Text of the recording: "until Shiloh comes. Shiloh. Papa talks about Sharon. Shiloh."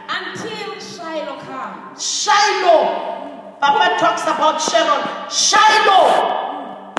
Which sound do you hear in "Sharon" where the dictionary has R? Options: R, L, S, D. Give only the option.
L